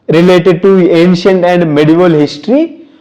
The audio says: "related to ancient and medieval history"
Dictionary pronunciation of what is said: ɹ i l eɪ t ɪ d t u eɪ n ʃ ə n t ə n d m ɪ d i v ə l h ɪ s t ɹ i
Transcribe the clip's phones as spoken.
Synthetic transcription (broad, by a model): ɹ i l eɪ t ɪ d t u eɪ n ʃ ə n t ə n d m ɪ d i v ə l h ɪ s t ɹ i